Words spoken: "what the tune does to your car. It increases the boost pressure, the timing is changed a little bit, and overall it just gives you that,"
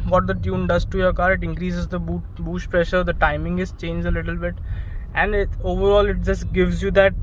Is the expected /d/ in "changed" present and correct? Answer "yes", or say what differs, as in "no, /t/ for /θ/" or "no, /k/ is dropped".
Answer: no, /d/ is dropped